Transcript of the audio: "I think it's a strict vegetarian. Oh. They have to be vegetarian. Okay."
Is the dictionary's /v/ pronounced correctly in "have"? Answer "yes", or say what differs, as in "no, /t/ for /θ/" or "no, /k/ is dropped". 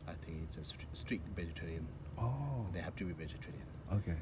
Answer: no, /p/ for /v/